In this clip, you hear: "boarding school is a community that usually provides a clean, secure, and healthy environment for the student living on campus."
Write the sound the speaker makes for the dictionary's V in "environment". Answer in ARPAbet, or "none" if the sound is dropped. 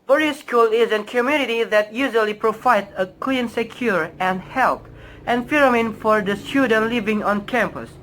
F